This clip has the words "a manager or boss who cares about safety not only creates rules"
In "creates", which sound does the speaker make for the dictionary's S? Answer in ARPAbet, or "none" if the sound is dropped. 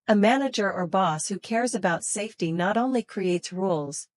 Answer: S